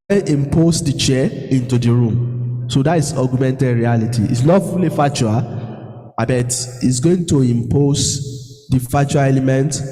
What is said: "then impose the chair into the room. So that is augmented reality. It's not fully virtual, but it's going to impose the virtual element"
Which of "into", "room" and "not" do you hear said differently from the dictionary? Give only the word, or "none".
not